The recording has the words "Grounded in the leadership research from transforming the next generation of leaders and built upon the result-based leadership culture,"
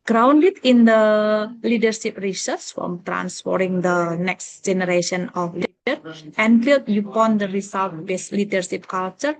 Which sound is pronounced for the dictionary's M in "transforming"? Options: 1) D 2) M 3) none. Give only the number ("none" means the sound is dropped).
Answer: 3